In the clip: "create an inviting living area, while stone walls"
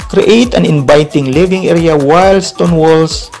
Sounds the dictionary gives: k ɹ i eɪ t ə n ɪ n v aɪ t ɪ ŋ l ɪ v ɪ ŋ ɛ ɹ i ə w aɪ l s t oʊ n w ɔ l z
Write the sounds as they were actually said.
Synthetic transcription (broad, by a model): k ɹ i eɪ t ə n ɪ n b aɪ t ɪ ŋ l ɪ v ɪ ŋ ɛ ɹ i ə w aɪ l s t oʊ n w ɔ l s